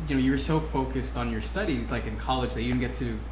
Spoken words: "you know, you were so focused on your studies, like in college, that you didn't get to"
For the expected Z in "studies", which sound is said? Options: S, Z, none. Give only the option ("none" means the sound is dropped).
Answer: Z